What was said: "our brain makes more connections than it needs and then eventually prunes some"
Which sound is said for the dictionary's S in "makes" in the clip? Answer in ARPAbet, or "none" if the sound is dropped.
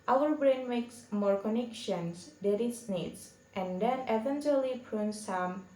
S